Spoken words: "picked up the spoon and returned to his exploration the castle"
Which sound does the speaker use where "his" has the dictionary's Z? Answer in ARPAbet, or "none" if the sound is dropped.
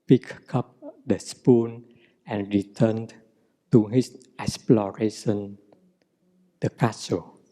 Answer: S